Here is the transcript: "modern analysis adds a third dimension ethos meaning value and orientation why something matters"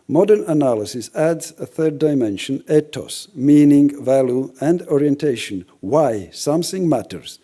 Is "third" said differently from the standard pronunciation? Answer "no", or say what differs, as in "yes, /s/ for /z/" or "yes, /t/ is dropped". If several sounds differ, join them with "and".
no